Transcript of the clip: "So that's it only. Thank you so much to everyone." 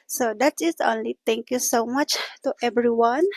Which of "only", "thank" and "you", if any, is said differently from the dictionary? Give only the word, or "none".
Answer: thank